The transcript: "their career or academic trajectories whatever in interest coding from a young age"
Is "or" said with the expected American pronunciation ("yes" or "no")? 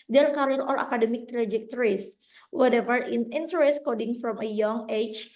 no